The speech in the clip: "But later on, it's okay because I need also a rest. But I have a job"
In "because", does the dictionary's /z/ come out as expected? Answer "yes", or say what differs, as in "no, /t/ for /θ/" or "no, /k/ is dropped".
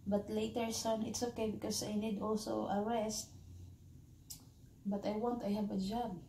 no, /s/ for /z/